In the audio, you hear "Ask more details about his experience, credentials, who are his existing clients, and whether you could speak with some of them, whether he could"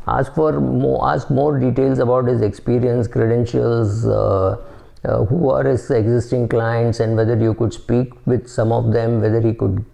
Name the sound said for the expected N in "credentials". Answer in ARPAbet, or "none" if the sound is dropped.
N